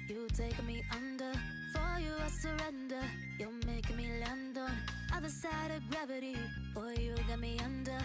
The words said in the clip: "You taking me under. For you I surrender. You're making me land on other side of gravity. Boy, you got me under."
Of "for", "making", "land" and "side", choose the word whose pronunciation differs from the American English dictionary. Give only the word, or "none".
making